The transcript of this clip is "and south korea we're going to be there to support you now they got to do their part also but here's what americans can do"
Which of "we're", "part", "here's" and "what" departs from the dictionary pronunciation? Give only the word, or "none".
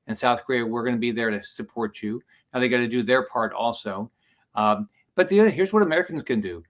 none